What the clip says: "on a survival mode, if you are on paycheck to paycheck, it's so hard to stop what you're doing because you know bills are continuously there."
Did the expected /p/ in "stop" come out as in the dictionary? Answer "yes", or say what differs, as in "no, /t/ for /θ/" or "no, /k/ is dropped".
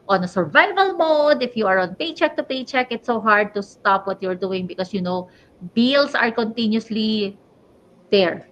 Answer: yes